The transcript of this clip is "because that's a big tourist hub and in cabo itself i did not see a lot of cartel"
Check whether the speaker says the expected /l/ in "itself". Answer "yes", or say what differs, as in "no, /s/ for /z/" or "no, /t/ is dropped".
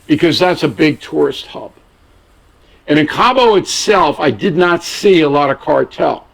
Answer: yes